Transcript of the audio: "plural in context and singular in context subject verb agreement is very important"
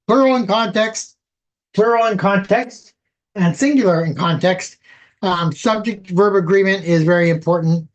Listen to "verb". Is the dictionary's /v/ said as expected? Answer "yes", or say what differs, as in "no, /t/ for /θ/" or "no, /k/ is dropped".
yes